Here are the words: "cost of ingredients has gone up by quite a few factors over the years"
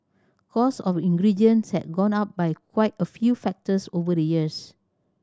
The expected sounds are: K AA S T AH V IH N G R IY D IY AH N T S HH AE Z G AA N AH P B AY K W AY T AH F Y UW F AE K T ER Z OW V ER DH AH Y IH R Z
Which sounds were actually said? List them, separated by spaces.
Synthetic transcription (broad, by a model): K AA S AH F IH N G R IY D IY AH N S HH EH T G AA N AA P B AY K W AY T AH F Y UW F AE K T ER S OW V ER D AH Y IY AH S